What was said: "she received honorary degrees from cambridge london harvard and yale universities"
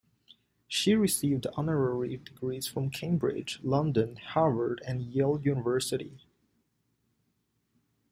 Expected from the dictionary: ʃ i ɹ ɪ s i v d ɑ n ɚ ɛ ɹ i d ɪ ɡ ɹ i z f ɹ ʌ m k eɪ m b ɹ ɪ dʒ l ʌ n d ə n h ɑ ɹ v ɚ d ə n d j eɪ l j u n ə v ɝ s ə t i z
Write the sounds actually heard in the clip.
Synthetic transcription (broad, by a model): ʃ i ɹ ɪ s i v d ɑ n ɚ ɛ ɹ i d ɪ ɡ ɹ i z f ɹ ʌ m k eɪ m b ɹ ɪ dʒ l ʌ n d ə n h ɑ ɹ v ɚ d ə n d j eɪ l j u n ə v ɝ s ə t i